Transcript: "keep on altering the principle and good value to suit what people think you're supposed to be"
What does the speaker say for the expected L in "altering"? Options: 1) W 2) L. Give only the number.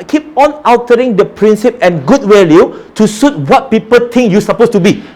1